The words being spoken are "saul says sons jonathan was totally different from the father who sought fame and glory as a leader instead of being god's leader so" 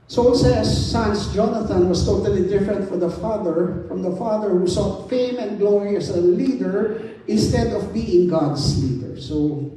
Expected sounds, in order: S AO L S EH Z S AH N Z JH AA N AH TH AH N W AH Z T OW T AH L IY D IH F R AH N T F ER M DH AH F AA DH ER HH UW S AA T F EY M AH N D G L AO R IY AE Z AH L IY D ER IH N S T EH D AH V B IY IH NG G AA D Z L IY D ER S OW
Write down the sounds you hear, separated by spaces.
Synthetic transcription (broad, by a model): S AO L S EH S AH N S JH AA N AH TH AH N W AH S T OW T AH L IY D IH F R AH N T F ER M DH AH F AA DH ER HH UW S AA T F EY M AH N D G L AO R IY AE S AH L IY D ER IH N S T EH D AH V B IY IH NG G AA D S L IY D ER S OW